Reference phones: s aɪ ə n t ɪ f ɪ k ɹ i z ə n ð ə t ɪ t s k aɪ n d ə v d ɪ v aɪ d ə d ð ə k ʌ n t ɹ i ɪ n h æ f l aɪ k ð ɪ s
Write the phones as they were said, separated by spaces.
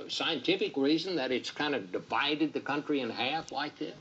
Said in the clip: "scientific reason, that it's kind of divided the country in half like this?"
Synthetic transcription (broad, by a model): s aɪ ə n t ɪ f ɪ k ɹ i z ə n ð ə t ɪ t s k aɪ n d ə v d ɪ v aɪ d ə d ð ə k ʌ n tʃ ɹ i ɪ n h æ f l aɪ k ð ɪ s